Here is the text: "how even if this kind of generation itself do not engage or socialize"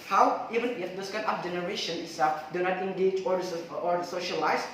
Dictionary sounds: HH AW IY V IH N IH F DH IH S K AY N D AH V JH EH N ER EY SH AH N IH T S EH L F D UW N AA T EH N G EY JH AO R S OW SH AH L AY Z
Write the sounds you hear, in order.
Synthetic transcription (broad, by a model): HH AW IY V IH N IH F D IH S K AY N AH F JH EH N ER EY SH AH N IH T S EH F D UW N AA T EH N G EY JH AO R S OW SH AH L AY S